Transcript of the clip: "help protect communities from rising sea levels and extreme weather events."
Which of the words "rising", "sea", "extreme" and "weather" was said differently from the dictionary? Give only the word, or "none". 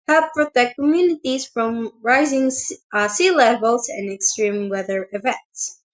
none